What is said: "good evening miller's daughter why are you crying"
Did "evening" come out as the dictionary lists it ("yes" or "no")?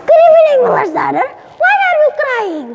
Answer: no